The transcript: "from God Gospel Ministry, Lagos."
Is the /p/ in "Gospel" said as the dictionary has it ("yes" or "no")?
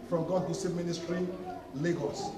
no